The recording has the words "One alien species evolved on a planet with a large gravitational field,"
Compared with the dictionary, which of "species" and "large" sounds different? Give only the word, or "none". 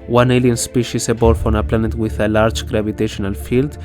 species